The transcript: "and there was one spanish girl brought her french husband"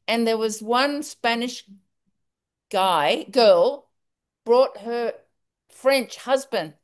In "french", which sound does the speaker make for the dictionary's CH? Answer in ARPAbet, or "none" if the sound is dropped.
CH